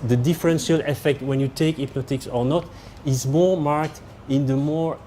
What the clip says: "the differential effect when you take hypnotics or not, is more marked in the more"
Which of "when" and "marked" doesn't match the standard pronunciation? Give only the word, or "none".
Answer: none